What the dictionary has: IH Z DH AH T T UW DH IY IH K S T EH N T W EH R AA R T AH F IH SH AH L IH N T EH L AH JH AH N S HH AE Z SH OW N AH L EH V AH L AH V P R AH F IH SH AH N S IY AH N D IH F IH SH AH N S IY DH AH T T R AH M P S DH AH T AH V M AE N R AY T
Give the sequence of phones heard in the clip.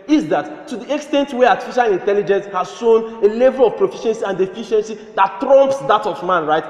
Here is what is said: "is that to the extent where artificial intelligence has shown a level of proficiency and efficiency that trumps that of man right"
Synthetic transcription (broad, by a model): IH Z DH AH T T UW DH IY IH K S T EH N T W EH AA T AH F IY SH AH L IH N T EH L AH JH AH N S HH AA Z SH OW N AH L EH V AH L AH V P R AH F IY SH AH N S IY AH N D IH F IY SH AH N S IY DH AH T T R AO M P S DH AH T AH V M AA N R AY T